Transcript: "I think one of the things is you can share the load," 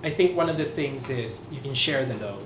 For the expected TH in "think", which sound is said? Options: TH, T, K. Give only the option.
TH